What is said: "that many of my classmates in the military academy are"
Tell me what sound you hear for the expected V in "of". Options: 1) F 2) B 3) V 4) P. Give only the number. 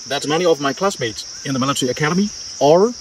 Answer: 3